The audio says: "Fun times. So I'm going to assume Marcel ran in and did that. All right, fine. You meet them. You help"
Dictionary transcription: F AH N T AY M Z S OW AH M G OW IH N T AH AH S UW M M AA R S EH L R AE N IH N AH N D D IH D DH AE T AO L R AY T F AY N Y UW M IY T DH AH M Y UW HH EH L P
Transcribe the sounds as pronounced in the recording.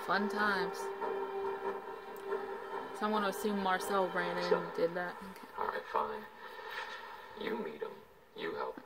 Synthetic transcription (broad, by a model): F AH N T AY M Z S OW AH M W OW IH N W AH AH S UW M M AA R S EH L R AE IH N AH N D D IH D DH AE T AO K R AY T F AY N Y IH M IY T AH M Y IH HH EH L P